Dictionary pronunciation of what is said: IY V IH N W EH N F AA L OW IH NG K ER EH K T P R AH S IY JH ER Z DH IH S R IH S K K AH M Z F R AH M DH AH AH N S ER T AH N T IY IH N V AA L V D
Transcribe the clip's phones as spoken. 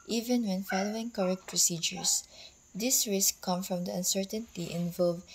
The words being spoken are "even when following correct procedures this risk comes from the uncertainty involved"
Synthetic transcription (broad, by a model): IY V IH N W EH N F AA L OW IH NG K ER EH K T P R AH S IY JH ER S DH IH S R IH S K K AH M F R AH M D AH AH N S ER T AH N T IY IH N V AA L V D